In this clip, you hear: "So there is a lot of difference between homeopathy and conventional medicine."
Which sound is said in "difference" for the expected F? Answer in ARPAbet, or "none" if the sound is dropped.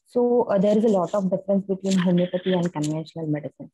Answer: F